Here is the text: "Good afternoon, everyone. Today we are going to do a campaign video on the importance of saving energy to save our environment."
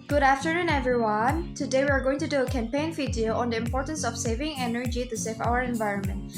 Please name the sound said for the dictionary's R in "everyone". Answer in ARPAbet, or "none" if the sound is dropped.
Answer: R